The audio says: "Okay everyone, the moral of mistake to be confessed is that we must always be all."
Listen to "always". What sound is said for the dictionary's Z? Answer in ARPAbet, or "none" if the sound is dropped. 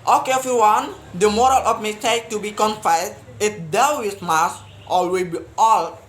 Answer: none